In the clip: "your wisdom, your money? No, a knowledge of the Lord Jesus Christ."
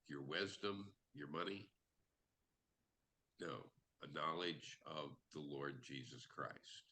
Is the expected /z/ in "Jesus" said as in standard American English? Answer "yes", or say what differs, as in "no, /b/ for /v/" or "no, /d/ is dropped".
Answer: yes